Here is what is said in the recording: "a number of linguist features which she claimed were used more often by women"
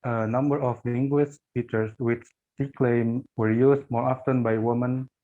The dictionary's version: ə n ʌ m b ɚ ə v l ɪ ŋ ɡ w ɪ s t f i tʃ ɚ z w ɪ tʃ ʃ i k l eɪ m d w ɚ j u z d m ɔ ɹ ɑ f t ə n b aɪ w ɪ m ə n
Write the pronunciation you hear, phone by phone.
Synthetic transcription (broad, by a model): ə n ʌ m b ɚ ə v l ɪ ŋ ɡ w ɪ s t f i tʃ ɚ s w ɪ tʃ s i k l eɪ m w ɚ j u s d m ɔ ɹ ɑ f t ə n b aɪ w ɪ m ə n